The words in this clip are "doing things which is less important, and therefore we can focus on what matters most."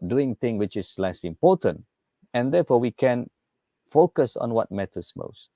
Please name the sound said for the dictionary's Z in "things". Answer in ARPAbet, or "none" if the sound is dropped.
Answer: none